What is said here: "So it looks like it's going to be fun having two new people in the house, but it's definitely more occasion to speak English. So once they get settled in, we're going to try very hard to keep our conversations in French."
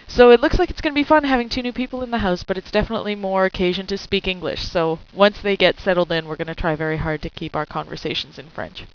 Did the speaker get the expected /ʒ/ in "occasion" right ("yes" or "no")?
yes